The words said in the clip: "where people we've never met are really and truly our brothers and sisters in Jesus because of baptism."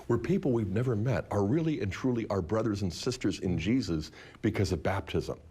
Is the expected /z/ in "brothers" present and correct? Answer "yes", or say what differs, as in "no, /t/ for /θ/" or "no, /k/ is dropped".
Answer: yes